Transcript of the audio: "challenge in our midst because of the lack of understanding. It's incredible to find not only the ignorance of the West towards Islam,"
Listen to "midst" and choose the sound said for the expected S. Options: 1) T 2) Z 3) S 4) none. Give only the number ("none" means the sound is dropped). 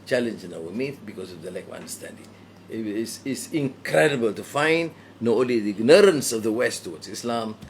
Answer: 4